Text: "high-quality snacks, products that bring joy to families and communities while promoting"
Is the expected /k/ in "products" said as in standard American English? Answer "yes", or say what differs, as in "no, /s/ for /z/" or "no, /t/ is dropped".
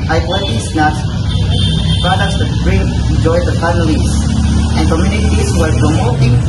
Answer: no, /k/ is dropped